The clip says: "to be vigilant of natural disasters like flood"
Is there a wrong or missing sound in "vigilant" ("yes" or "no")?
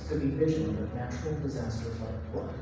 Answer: yes